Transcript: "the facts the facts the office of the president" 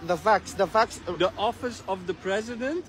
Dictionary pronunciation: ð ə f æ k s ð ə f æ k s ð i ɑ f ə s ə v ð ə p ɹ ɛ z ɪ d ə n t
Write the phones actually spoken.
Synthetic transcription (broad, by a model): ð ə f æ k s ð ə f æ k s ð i ɑ f ə s ə v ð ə p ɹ ɛ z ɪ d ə n t